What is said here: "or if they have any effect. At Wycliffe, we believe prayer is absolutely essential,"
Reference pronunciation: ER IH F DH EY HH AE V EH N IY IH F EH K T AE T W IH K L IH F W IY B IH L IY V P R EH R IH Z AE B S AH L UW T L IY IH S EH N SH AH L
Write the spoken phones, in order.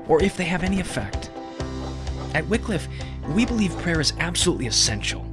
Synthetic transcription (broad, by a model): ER IH F DH EY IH V EH N IY IH F EH K T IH T W IH K L IH F W IY B IH L IY V P R EH R IH Z AE B S AH L UW T L IY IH S EH N SH L